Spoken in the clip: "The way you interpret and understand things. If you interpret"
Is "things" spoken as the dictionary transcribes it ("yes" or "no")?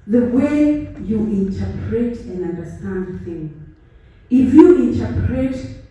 no